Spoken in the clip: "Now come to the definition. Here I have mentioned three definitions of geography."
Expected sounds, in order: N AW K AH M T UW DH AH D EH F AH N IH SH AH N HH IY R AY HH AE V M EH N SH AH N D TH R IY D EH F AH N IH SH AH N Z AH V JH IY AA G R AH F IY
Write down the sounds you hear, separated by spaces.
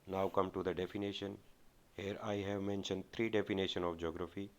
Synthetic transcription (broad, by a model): N AW K AH M T UW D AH D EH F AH N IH SH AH N HH IY R AY HH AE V M EH N SH AH N D T R IY D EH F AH N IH SH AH N AH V JH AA G R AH F IY